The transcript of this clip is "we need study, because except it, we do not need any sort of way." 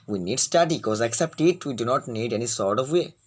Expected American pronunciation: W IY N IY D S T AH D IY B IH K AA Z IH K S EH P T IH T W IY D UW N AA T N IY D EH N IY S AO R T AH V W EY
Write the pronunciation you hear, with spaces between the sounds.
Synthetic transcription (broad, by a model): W IY N IY D S T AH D IY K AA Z IH K S EH P T IH T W IY D UW N AA T N IY D EH N IY S AO R T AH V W EY